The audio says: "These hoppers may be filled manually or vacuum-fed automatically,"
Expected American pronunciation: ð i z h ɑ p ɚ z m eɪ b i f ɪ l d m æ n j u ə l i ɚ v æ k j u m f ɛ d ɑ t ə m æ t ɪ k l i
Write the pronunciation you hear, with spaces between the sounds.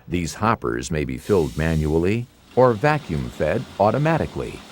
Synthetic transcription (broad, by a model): ð i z h ɑ p ɚ z m eɪ b i f ɪ l d m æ n j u l i ɚ v æ k j u m f ɛ d ɑ t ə m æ t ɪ k l i